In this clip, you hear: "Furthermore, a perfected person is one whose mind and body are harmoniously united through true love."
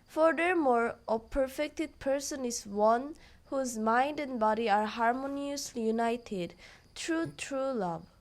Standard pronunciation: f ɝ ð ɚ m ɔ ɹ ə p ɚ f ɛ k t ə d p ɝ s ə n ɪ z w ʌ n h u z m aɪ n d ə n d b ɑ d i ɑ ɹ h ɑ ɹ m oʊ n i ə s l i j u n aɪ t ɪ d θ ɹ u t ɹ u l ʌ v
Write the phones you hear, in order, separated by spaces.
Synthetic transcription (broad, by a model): f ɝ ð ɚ m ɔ ɹ ə p ɚ f ɛ k t ə d p ɝ s ə n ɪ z w ʌ n h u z m aɪ n d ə n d b ɑ d i ɑ ɹ h ɑ ɹ m oʊ n i ə s l i j u n aɪ t ɪ d t ɹ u t ɹ u l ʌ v